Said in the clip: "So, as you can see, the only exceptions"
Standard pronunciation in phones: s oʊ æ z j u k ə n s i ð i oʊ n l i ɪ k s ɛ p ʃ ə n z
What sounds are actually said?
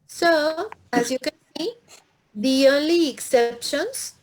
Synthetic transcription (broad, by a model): s oʊ æ z j u k ə n s i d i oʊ l i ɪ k s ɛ p ʃ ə n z